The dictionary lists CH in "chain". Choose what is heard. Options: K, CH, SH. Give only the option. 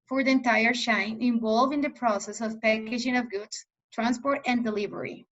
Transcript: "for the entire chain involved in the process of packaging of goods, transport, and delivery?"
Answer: SH